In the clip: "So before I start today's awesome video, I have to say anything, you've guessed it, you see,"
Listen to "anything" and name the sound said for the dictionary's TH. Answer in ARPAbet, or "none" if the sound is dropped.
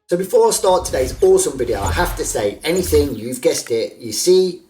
TH